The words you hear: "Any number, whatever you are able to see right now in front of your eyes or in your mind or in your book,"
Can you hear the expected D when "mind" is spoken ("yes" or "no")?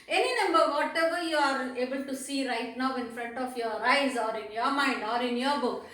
yes